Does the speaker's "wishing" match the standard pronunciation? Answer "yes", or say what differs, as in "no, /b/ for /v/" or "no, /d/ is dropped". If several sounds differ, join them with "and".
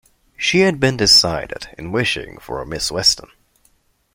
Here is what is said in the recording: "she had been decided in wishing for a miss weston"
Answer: yes